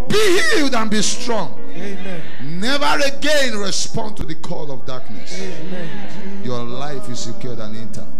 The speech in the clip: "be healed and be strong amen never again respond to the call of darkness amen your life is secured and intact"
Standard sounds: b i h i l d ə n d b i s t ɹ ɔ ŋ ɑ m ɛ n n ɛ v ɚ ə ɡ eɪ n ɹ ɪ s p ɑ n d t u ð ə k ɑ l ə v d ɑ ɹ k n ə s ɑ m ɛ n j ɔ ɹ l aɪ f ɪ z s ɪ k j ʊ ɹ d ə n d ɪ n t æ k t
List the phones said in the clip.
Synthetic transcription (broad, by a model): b i h i l d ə n b i s t ɹ ɔ ŋ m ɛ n n ɛ v ɚ ə ɡ eɪ n ɹ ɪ s p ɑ n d t u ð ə k ɑ l ə v d ɑ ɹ k n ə s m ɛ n j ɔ l aɪ f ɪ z s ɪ k j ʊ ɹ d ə n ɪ n t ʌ